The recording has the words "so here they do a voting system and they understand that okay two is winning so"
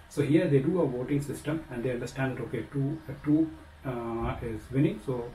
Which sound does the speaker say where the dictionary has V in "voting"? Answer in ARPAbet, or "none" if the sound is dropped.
V